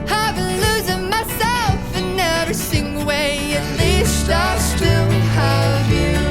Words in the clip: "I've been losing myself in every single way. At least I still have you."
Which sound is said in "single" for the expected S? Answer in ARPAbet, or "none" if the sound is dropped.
TH